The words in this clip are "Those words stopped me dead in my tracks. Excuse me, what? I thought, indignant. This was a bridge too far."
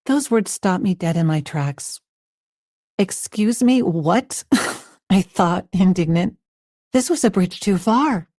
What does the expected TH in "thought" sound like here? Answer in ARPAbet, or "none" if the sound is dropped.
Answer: TH